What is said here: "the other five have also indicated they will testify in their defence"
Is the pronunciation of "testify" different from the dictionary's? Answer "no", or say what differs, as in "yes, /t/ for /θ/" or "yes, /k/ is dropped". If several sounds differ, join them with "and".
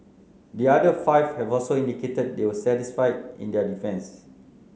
yes, /s/ is dropped